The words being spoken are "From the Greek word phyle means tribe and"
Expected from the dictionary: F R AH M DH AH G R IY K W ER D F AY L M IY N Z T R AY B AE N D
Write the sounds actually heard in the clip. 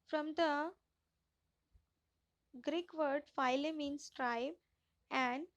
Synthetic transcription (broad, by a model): F R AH M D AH G R IY K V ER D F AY L M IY N S T R AY B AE N D